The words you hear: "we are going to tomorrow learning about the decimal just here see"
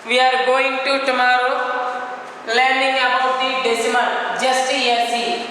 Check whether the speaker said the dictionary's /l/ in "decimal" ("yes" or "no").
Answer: no